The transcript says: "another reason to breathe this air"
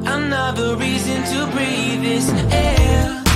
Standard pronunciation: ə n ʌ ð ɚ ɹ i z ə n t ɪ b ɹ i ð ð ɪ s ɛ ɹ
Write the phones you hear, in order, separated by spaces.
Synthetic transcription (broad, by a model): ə n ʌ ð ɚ ɹ i z ə n t ɪ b ɹ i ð ð ɪ s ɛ